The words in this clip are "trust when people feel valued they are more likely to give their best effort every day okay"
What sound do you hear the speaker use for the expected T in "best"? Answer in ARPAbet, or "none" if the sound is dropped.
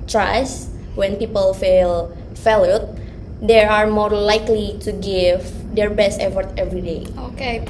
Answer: T